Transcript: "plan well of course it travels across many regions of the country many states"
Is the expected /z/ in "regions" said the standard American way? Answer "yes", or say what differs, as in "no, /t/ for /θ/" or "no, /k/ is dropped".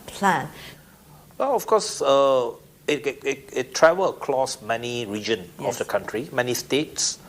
no, /z/ is dropped